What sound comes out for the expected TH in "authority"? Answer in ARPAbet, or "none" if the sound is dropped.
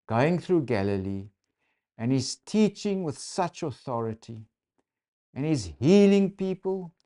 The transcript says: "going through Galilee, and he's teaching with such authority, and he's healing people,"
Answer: TH